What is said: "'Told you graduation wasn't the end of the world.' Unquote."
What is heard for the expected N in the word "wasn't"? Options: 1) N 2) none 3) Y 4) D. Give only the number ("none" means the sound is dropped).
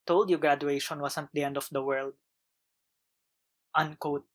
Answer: 2